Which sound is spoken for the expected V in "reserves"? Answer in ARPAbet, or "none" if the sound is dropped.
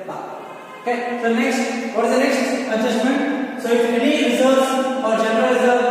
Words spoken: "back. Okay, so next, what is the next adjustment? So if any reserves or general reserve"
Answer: none